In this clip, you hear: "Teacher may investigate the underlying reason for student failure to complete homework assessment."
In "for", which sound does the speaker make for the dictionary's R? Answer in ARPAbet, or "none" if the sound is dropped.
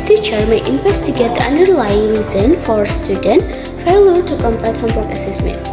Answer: R